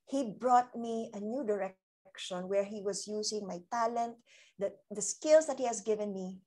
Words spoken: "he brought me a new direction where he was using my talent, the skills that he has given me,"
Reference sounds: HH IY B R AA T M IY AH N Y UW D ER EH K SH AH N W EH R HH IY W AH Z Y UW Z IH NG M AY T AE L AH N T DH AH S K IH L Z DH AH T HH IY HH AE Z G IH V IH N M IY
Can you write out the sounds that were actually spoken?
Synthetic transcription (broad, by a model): HH IY B R AA T M IY AH N Y UW D ER EH K SH AH N W EH R HH IY W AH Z Y UW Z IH NG M AY T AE L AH N T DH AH S K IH L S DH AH T HH IY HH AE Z G IH V IH N M IY